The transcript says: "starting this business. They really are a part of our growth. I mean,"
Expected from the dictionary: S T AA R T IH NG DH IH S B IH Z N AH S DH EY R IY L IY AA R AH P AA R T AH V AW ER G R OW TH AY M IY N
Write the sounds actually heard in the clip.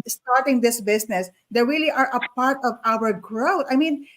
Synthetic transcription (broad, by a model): S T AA R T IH NG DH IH S B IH S N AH S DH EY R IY L IY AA R AH P AA R T AH V AW ER G R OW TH AY M IY N